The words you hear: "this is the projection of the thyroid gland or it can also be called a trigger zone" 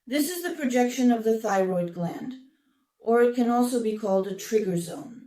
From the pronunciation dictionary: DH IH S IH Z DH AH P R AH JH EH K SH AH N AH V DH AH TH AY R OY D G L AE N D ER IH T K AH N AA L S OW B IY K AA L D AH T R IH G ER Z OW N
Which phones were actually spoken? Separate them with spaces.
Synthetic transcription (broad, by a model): DH IH S IH Z DH AH P R AH JH EH K SH AH N AH V DH AH TH AY R OY D G L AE N D ER IH T K AH N AA L S OW B IY K AA L D AH T R IH G ER Z OW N